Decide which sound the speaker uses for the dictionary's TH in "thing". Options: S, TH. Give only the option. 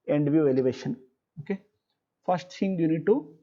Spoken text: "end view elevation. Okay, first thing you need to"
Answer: S